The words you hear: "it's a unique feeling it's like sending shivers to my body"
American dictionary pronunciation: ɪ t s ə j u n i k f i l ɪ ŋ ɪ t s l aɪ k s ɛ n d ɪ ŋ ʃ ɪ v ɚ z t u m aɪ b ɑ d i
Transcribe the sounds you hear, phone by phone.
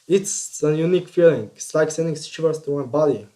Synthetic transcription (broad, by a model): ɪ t s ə j u n i k f i l ɪ ŋ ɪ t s l aɪ k s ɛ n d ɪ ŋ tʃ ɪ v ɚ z t u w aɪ b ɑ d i